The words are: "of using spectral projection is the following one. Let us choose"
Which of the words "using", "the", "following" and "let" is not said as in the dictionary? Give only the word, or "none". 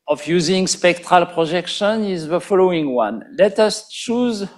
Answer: none